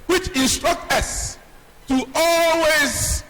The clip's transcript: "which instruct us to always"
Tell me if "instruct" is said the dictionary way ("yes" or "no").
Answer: yes